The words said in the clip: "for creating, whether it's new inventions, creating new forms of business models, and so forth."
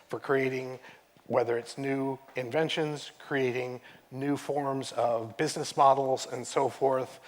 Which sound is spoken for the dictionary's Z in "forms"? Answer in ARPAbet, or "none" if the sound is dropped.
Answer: Z